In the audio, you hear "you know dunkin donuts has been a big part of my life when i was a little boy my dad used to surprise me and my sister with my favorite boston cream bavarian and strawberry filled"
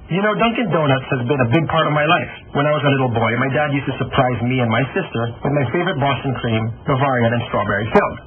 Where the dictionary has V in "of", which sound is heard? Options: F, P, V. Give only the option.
V